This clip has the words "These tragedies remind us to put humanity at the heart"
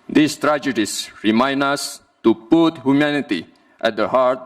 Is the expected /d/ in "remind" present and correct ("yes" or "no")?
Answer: no